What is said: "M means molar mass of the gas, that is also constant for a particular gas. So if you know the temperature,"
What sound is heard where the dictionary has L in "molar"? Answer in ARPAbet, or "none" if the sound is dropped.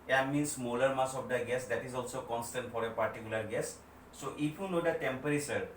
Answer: L